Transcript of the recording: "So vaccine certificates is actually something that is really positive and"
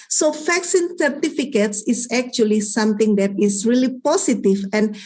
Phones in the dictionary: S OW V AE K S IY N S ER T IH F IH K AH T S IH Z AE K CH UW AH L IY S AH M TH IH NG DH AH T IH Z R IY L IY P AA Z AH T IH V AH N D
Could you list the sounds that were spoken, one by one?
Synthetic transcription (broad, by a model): S OW F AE K S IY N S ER T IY F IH K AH T S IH S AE K CH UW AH L IY S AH M T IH NG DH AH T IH S R IY L IY P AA S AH T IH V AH N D